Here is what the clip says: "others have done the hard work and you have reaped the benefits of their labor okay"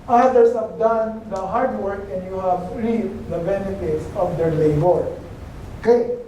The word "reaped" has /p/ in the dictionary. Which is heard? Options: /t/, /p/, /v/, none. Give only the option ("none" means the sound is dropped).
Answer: none